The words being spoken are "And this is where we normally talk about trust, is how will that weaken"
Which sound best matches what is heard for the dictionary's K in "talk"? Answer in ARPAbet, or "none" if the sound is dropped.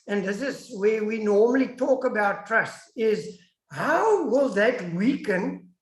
K